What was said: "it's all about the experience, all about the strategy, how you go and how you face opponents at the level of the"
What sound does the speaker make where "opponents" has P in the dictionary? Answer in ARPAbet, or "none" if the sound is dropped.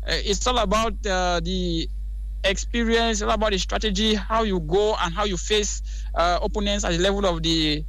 none